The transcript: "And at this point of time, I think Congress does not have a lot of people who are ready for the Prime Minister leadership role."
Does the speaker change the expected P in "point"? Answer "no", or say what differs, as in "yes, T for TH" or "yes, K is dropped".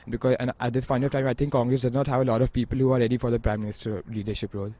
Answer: yes, F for P